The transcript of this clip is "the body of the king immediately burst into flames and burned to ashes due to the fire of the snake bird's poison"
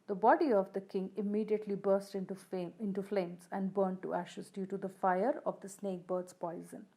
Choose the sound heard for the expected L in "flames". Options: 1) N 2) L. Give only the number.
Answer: 2